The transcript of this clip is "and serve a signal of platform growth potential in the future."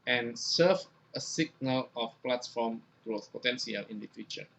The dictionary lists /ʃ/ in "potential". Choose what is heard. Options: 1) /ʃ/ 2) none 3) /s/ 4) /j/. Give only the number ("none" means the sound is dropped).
3